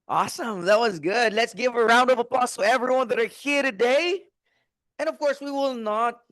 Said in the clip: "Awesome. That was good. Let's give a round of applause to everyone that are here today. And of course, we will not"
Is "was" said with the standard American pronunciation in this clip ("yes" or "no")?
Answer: yes